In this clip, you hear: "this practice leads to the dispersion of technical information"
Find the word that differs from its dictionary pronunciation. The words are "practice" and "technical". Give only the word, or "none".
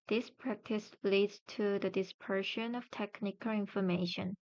none